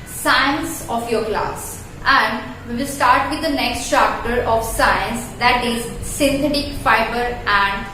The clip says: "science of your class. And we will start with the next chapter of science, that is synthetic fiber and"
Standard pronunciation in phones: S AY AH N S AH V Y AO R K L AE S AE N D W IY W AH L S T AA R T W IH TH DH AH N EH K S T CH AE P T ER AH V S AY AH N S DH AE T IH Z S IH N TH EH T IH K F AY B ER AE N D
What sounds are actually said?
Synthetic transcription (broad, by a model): S AY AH N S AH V Y AO R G L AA S AE N D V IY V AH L S T AA R T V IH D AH N EH K S T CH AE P T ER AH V S AY AH N S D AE T IH Z S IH N T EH T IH K F AY B ER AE N D